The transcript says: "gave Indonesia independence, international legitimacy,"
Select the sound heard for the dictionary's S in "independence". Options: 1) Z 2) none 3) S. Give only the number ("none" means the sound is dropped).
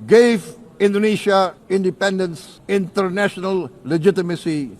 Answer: 3